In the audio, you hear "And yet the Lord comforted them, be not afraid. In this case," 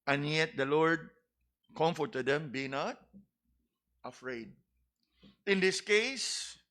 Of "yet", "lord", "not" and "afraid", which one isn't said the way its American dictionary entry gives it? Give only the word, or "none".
none